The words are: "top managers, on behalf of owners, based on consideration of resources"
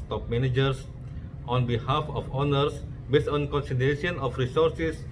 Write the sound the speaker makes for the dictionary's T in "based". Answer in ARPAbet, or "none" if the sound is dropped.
none